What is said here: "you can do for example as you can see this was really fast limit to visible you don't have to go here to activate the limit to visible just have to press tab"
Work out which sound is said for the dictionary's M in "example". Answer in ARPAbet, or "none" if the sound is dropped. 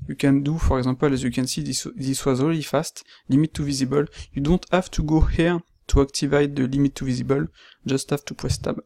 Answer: none